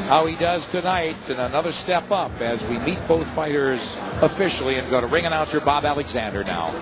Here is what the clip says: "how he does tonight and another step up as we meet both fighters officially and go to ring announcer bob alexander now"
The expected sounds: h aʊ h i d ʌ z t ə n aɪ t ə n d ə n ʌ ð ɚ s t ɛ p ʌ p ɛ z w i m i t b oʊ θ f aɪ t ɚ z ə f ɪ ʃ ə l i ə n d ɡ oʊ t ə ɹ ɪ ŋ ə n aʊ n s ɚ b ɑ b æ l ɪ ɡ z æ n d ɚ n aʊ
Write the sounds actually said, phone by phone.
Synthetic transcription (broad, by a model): h aʊ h i d ʌ z t ə n aɪ t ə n ə n ʌ ð ɚ s t ɛ p ʌ p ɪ z w i m i t b oʊ θ f aɪ t ɚ z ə f ɪ ʃ l i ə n ɡ oʊ t ə ɹ ɪ ŋ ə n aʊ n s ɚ b ɑ b æ l ɪ ɡ z æ n d ɚ n aʊ